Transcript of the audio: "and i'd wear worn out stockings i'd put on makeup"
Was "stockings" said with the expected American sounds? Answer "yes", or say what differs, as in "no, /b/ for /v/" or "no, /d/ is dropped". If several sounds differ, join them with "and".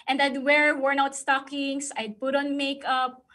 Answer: no, /s/ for /z/